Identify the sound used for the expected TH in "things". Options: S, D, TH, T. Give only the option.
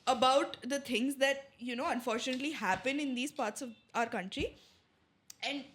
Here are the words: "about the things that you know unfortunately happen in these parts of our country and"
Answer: T